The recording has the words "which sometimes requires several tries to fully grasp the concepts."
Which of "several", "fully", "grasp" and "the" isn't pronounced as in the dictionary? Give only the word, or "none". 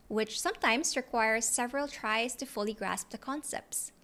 none